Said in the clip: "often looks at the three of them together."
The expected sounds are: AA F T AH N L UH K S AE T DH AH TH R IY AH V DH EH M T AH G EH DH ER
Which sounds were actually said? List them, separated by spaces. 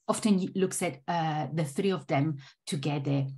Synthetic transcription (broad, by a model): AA F T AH N L UH K S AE T DH AH TH R IY AH V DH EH M T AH G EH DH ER